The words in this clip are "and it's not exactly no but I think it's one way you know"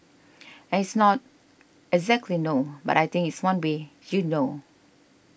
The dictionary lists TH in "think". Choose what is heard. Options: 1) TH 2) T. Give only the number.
2